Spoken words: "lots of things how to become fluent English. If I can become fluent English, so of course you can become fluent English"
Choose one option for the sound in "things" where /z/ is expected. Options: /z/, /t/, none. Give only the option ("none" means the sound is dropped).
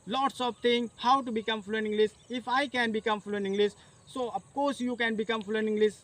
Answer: none